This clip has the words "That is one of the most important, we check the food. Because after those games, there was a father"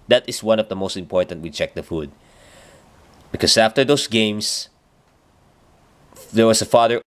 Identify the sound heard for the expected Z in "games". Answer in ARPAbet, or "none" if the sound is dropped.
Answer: S